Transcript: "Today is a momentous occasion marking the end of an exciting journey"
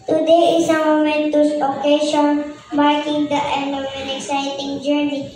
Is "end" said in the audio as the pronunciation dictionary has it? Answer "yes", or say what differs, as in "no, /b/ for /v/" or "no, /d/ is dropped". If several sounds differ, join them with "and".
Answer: no, /d/ is dropped